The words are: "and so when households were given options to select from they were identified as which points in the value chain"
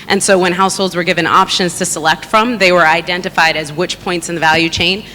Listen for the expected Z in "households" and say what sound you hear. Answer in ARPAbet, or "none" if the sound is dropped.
Z